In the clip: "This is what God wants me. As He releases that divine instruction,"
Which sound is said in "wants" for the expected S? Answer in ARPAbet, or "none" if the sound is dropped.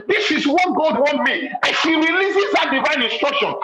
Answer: none